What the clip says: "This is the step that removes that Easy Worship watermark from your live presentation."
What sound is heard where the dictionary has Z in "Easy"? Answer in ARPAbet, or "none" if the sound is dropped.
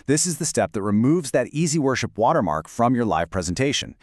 Z